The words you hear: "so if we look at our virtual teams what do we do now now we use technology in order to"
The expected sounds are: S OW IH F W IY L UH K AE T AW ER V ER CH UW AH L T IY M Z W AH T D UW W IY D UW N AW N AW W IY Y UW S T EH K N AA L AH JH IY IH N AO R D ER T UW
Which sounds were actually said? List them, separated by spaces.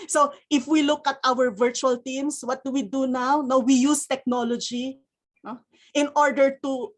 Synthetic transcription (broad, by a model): S OW IH F W IY L UH K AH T AW ER V ER CH UW AH L T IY M S W AH T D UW W IY D UW N AW N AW W IY Y UW S T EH K N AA L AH JH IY IH N AO R D ER T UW